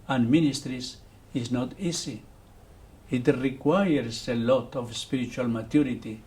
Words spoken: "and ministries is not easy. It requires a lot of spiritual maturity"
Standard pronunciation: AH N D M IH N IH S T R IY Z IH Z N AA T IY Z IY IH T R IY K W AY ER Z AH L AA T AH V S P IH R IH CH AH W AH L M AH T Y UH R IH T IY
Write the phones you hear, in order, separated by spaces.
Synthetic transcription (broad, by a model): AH N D M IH N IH S T R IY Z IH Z N AA T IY S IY IH T R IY K W AY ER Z AH L AA T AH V S P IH R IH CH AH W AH L M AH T Y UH R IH T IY